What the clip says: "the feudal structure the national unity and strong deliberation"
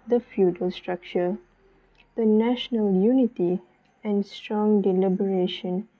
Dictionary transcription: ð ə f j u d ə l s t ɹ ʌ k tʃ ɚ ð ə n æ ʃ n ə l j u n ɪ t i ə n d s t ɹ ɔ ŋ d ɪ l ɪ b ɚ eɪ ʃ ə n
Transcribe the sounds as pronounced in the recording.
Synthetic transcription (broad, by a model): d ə f j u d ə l s t ɹ ʌ k tʃ ɚ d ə n æ ʃ n ə l j u n ɪ t i ə n d s t ɹ ɔ ŋ d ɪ l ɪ b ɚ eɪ ʃ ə n